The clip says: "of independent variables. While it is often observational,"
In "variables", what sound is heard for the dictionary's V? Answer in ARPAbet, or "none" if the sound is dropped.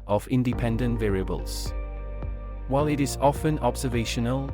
V